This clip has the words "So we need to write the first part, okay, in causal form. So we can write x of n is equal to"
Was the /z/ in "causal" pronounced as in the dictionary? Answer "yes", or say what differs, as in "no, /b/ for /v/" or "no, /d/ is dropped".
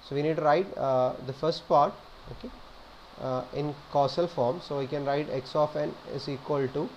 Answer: no, /s/ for /z/